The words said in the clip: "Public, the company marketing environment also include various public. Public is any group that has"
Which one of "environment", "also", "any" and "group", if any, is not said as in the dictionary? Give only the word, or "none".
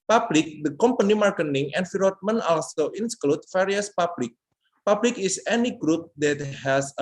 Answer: environment